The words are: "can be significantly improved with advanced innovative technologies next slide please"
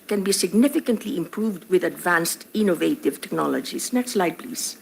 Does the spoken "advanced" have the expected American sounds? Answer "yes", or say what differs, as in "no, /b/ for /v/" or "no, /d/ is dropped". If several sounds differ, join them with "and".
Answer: yes